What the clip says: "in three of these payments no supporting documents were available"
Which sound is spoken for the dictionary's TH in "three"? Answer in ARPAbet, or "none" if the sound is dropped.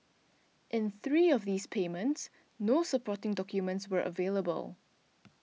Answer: TH